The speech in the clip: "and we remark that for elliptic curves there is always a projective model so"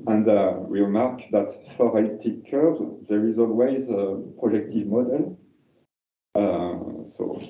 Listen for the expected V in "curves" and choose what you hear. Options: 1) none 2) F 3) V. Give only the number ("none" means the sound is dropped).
1